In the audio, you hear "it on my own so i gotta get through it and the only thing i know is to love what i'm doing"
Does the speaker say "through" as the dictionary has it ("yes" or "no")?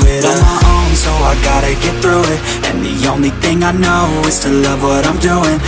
yes